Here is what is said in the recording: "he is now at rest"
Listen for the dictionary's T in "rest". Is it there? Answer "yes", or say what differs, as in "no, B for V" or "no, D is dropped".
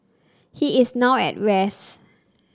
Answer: no, T is dropped